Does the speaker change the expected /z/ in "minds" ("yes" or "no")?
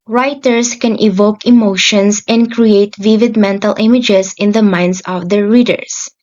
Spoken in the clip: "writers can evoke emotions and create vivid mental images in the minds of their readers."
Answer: yes